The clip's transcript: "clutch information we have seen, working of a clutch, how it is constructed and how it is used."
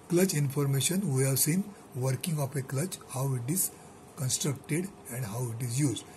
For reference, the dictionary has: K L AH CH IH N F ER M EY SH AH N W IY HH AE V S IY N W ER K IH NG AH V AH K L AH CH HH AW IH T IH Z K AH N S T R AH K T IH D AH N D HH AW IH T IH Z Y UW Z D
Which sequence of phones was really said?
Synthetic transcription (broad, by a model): K L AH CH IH N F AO M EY SH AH N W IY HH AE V S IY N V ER K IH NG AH P AH K L AH CH HH AW IH T IH Z K AH N S T R AH K T IH D AH N D HH AW IH T IH Z Y UW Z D